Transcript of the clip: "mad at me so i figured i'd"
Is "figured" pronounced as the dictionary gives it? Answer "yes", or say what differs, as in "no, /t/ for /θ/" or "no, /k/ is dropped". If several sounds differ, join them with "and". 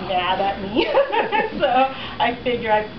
no, /d/ is dropped